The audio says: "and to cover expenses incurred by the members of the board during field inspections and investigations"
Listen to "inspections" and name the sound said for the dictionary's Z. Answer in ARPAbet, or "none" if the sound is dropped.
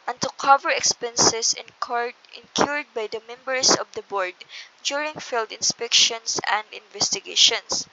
S